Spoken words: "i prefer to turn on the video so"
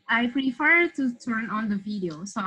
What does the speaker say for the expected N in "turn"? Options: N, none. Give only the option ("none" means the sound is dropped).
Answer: N